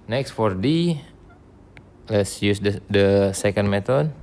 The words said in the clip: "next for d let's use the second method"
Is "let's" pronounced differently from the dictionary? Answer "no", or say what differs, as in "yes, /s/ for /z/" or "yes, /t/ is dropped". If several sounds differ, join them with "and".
no